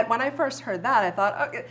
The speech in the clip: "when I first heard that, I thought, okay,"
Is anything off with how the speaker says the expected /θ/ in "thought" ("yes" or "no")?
no